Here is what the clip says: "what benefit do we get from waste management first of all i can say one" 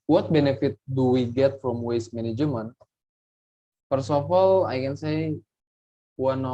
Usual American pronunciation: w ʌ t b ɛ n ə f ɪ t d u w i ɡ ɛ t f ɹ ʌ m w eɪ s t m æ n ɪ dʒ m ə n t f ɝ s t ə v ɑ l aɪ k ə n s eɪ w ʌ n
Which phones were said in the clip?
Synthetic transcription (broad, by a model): w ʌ t b ɛ n ə f ɪ t d u w i ɡ ɛ t f ɹ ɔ m w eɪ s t m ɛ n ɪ dʒ m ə n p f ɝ s ə f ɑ l aɪ k ə n s eɪ w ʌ n